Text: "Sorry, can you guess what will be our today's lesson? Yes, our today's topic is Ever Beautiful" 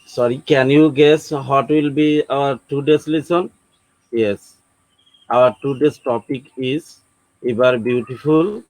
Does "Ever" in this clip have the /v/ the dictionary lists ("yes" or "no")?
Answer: no